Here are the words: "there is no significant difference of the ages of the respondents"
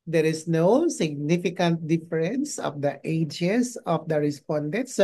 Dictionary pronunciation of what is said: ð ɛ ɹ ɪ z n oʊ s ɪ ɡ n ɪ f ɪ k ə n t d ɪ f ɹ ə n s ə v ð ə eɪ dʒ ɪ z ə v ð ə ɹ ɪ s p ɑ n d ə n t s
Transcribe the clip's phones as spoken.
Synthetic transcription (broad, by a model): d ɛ ɹ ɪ s n oʊ s ɪ ɡ n ɪ f ɪ k ə n t d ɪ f ɹ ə n s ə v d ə eɪ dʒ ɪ s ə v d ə ɹ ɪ s p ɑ n d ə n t s